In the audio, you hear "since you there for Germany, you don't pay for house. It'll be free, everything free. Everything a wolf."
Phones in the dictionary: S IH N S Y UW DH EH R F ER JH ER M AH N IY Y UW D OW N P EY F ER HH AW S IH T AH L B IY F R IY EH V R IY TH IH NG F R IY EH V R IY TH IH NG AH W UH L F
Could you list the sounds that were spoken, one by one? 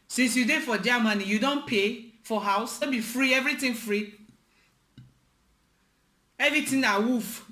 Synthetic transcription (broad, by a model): S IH N S Y UW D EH F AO JH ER M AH N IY Y UW D OW N P EY F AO HH AW S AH N B IY F R IY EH V R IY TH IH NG F R IY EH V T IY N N AH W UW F